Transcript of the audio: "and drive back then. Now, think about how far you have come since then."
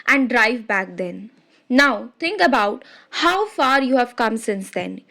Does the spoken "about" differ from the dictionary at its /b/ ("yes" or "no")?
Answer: no